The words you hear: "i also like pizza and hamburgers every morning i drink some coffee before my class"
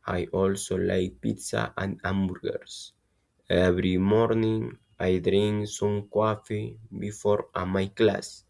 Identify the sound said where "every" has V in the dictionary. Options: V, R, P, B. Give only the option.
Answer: B